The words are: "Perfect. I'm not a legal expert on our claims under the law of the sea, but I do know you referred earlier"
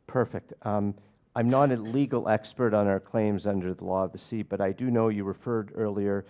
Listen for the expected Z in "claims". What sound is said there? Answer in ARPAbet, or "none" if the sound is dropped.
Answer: Z